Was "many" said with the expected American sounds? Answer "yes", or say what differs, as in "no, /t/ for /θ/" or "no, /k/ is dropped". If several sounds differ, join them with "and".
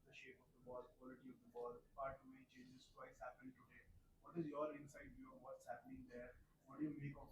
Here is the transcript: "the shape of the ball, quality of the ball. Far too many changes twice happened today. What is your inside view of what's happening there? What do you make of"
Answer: no, /n/ is dropped